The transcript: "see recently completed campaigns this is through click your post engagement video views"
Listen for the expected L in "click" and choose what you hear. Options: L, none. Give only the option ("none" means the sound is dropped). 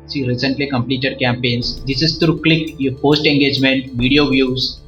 L